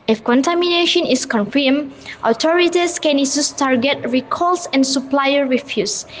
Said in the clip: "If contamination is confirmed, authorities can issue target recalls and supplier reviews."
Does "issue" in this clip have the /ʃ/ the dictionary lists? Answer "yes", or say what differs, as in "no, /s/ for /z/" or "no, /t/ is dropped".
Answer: no, /s/ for /ʃ/